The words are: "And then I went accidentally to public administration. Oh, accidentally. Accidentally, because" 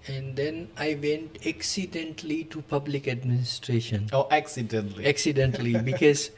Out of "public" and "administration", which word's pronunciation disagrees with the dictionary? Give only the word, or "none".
none